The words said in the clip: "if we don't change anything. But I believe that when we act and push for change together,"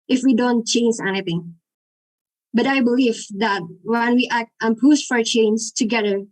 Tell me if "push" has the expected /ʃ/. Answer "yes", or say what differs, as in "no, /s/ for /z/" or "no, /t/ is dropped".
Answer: no, /s/ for /ʃ/